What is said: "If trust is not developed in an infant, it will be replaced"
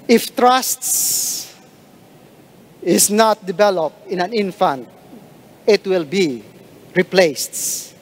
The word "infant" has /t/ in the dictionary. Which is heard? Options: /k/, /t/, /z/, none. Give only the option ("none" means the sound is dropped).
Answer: /t/